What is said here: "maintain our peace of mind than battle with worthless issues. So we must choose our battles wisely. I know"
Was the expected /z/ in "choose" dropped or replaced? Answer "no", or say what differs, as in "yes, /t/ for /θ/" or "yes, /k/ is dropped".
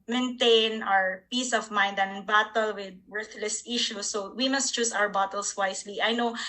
yes, /s/ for /z/